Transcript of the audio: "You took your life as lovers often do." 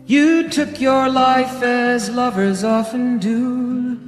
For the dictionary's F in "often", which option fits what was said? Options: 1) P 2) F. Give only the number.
2